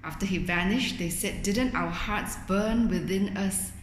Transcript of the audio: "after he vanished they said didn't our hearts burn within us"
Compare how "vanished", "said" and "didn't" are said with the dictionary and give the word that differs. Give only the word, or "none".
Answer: none